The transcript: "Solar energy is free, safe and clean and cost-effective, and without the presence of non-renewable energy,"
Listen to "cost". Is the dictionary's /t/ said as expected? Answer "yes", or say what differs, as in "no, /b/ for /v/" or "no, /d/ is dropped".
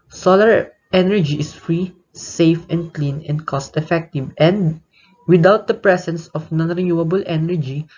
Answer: yes